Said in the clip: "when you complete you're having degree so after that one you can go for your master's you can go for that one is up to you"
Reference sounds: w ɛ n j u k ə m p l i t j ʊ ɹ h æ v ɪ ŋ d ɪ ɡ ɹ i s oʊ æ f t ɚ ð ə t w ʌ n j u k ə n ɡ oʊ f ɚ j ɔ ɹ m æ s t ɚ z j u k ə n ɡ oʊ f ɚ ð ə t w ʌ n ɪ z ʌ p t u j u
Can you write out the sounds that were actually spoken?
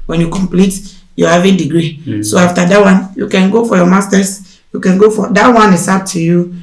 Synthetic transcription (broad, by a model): w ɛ n j u k ə m p l i t j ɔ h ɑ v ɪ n d ɪ ɡ ɹ i s oʊ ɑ f t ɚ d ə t w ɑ n j u k ə n ɡ oʊ f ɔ j ɔ m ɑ s t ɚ s j u k ə n ɡ oʊ f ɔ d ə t w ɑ n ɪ s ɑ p t u j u